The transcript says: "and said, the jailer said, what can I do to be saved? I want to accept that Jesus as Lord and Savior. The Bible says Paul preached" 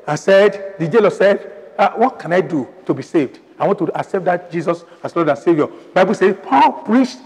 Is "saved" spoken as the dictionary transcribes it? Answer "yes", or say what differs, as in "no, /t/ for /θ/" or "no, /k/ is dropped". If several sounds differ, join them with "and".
yes